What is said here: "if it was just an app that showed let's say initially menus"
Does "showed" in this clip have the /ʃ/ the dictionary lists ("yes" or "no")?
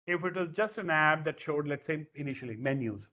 yes